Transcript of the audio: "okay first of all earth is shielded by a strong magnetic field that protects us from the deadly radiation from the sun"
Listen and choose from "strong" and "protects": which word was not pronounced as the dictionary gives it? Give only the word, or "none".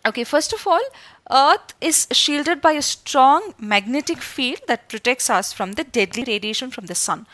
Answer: none